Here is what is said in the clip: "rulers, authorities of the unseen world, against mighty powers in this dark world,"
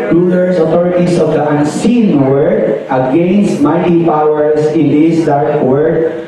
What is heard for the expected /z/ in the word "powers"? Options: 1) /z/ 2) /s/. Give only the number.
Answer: 2